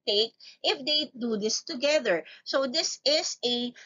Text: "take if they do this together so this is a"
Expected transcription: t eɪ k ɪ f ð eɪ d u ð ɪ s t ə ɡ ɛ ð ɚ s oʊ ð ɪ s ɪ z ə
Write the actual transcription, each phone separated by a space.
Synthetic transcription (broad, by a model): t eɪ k ɪ f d eɪ d u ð ɪ s t ə ɡ ɛ ð ɚ s oʊ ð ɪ s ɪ s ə